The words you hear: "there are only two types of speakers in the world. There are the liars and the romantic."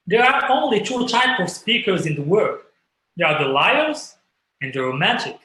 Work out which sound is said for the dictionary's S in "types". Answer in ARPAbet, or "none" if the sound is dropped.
none